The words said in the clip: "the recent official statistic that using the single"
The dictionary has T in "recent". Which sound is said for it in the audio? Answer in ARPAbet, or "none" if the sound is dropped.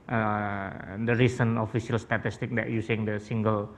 none